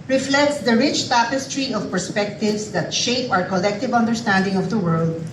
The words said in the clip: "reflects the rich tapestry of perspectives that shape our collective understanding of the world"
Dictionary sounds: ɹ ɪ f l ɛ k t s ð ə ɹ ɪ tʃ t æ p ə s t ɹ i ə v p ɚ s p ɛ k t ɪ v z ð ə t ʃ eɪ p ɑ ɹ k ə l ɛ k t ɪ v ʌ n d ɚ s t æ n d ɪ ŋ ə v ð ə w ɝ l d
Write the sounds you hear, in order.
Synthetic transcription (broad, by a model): ɹ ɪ f l ɛ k t s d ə ɹ ɪ tʃ t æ p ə s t ɹ i ə v p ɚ s p ɛ k t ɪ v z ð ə t ʃ eɪ p ɑ ɹ k ə l ɛ k t ɪ v ʌ n d ɚ s t æ n d ɪ ŋ ə v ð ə w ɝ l d